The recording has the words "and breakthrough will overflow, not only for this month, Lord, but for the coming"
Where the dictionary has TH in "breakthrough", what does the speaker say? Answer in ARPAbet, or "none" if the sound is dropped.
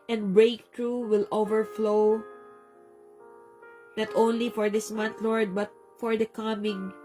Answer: T